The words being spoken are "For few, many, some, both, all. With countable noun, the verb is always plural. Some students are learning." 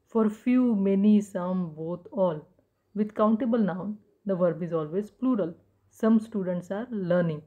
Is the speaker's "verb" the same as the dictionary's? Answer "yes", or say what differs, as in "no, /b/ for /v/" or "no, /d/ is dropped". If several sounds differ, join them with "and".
yes